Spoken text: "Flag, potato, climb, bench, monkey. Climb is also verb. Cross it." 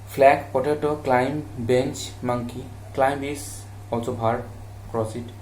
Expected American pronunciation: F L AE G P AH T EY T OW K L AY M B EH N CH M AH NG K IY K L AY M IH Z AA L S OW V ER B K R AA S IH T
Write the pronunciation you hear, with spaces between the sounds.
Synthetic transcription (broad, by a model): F L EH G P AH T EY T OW K L AY M B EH N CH M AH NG K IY K L AY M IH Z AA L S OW B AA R K R AA S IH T